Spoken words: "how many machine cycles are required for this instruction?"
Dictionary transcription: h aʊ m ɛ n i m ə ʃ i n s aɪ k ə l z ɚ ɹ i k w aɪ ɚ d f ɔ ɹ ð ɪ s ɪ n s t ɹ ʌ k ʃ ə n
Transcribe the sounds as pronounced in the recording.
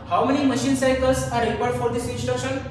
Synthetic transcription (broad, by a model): h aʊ m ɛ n i m ə ʃ i n s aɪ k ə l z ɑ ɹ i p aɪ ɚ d f ɔ ɹ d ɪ s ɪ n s t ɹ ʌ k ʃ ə n